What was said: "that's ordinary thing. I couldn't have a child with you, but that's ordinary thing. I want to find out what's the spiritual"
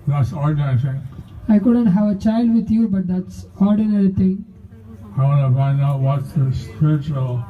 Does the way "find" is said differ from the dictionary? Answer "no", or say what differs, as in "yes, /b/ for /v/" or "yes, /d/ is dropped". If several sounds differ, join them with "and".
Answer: yes, /d/ is dropped